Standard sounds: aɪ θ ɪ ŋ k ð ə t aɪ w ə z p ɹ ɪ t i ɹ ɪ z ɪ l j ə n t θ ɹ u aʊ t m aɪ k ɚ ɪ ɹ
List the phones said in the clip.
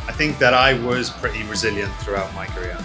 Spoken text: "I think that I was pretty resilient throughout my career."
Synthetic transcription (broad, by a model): aɪ θ ɪ ŋ k ð ə t aɪ w ə z p ɹ ɪ t i ɹ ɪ z ɪ l j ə n θ ɹ u aʊ t m aɪ k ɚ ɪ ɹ